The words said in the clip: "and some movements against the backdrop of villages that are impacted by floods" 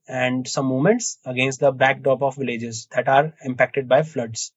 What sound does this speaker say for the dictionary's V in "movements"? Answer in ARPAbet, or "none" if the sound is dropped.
none